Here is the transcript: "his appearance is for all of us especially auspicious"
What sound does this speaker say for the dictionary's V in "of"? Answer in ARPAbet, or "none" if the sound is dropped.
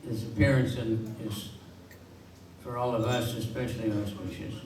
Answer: V